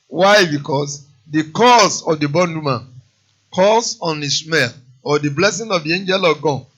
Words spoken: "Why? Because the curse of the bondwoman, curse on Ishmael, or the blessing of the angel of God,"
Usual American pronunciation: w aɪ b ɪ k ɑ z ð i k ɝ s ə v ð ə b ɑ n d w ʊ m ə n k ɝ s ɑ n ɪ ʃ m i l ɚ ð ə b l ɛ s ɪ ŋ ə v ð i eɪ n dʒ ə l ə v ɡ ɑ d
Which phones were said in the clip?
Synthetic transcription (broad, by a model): w aɪ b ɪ k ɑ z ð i k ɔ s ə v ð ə b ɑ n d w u m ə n k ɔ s ɑ n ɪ s m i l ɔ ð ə b l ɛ s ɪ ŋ ə v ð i eɪ n dʒ ə l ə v ɡ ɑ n